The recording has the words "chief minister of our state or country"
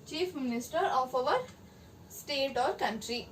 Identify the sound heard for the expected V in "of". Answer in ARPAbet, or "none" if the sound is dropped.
V